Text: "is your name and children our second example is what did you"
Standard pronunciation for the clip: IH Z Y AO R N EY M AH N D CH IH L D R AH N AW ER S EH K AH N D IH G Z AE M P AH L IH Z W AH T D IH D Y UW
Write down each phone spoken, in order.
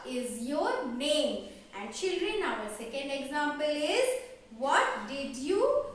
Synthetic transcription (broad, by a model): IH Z Y AO R N EY M AH N D CH IH L D R AH N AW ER S EH K AH N D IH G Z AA M P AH L IH Z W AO T D IH D Y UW